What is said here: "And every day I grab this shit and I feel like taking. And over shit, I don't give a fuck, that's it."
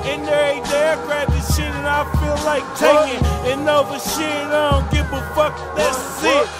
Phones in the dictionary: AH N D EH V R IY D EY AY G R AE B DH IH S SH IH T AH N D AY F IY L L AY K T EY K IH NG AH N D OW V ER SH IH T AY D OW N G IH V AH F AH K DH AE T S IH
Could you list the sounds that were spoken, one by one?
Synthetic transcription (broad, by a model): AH N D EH R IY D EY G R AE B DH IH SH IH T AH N AY F IY L L AY K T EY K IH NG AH N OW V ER SH IH T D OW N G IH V AH F AH K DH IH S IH